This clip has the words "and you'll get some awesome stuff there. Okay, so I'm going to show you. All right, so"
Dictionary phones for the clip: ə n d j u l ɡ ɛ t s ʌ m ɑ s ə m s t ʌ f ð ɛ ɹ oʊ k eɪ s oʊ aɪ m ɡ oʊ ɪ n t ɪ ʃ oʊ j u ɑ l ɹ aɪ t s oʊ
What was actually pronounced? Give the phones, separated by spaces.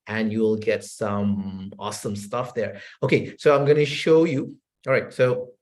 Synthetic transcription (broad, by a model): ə n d j u l ɡ ɛ t s ʌ m ɑ s ə m s t ʌ f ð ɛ ɹ oʊ k eɪ s oʊ aɪ m ɡ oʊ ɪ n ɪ ʃ oʊ j u ɑ l ɹ aɪ t s oʊ